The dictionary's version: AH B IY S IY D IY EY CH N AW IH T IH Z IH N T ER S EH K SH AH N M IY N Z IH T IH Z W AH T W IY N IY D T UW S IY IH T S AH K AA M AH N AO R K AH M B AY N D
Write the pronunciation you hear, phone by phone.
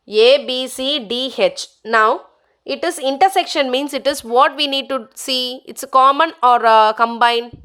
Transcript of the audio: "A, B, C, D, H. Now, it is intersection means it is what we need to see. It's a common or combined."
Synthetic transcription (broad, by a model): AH B IY S IY D IY EY CH N AW IH T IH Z IH N T ER S EH K SH AH N M IY N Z IH T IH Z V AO T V IY N IY D T UW S IY IH T S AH K AA M AH N AO R K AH M B AY N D